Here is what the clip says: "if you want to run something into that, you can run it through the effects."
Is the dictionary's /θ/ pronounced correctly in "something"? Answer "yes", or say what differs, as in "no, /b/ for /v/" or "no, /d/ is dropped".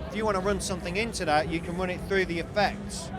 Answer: yes